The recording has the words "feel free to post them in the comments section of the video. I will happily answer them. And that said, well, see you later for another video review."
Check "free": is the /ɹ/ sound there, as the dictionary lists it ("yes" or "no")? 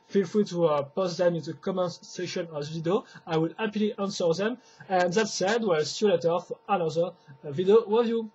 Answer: no